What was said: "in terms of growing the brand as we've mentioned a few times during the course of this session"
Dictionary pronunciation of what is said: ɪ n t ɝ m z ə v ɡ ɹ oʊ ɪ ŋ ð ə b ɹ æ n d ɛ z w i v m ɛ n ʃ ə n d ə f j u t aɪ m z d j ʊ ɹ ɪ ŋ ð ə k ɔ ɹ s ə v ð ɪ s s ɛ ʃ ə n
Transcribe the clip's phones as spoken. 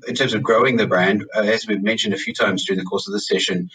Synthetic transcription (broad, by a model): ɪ n t ɝ m z ə v ɡ ɹ oʊ ɪ ŋ ð ə b ɹ æ n d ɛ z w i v m ɛ n ʃ ə n d ə f j u t aɪ m z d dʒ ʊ ɹ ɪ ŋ ð ə k ɔ ɹ s ə v ð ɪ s s ɛ ʃ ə n